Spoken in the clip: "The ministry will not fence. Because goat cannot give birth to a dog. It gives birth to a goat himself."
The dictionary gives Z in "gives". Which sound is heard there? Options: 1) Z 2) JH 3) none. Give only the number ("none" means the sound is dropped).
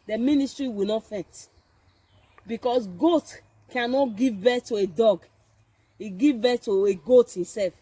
3